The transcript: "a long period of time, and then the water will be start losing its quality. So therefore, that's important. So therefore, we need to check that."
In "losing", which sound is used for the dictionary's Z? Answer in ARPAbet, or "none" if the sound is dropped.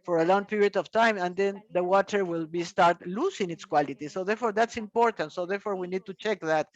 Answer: S